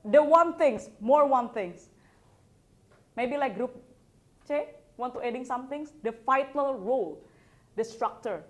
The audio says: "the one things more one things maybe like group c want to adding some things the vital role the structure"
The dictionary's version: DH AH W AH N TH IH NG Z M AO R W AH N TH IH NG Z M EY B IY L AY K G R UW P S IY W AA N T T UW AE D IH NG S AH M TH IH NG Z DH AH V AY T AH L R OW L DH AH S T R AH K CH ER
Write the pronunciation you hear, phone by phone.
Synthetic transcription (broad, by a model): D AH W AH N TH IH NG S M AO R W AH N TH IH NG S M EY B IY L AY K G R UW P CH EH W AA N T T UW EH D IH NG S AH M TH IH NG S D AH F AY T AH L R OW L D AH S T R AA K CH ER